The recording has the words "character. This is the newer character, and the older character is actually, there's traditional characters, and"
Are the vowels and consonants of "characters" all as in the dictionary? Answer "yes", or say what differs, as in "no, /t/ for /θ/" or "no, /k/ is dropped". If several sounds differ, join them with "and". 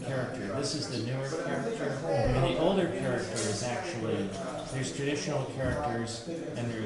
yes